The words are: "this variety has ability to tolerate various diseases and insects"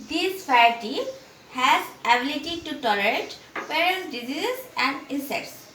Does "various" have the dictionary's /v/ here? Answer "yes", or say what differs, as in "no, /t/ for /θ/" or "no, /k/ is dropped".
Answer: no, /p/ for /v/